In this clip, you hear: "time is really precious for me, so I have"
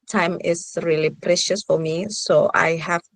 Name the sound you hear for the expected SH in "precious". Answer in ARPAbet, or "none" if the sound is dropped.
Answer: SH